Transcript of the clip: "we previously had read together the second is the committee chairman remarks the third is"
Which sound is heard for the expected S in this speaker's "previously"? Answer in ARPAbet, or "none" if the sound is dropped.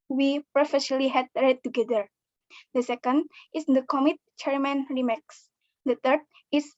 none